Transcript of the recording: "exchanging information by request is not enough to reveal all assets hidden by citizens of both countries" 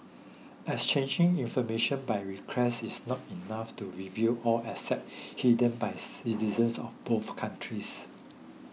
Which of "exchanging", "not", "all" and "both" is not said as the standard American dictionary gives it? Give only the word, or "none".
exchanging